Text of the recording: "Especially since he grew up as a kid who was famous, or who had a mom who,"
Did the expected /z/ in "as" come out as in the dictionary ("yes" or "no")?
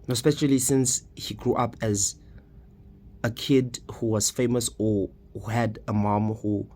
yes